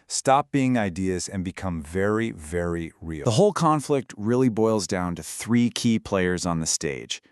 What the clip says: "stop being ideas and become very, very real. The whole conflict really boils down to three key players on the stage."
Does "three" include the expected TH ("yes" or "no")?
yes